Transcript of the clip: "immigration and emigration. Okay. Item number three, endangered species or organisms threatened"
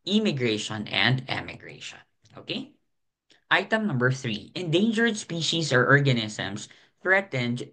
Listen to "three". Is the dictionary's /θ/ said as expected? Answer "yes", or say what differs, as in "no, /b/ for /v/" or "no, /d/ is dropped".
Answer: yes